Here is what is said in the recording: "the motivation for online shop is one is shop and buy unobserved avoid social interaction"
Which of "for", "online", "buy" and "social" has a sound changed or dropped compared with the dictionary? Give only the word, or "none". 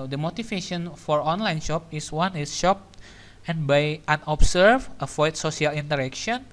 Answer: social